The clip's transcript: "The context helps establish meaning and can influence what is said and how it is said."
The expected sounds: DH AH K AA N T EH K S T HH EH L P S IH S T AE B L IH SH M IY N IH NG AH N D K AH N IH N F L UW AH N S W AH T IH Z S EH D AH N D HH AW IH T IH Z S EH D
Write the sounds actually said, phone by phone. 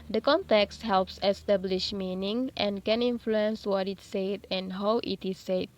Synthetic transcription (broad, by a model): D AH K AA N T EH K S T HH EH L P S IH S T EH B L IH SH M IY N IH NG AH N K AH N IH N F L UW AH N S W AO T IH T S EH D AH N HH AW IH T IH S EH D